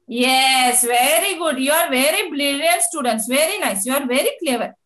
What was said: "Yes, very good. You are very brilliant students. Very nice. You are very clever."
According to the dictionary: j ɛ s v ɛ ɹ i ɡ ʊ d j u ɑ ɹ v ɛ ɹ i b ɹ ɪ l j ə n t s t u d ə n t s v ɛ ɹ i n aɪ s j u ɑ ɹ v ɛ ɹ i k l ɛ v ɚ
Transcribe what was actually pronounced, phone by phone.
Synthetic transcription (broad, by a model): j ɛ s v ɛ ɹ i ɡ ʊ d j u ɑ ɹ v ɛ ɹ i b l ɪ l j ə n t s t u d ə n t s v ɛ ɹ i n aɪ s j u ɑ ɹ v ɛ ɹ i k l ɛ v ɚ